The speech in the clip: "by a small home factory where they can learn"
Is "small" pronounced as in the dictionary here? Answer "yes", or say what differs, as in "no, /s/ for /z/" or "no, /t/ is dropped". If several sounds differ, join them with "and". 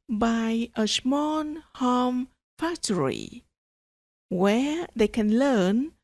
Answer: no, /n/ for /l/